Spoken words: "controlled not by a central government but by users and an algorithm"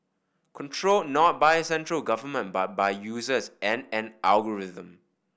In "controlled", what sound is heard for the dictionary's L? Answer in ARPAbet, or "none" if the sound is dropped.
L